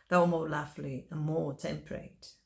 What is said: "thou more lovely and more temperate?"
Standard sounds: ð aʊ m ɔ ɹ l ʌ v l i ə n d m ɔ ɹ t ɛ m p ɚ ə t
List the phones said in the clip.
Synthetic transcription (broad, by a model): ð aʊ m ɔ l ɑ f l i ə n m ɔ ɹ t ɛ m p ɚ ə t